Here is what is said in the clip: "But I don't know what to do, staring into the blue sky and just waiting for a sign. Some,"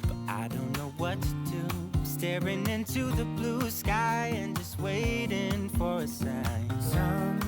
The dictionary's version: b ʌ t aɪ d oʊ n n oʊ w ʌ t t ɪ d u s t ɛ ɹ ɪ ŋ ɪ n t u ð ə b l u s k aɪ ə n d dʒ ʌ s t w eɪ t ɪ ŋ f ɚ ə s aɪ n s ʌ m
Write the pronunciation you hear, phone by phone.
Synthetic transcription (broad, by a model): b ʌ t aɪ d oʊ n n oʊ w ʌ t t ɪ d u s t ɛ ɹ ɪ ŋ ɪ n t u ð ə b l u s k aɪ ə n dʒ ʌ s t w eɪ t ɪ ŋ f ɚ ə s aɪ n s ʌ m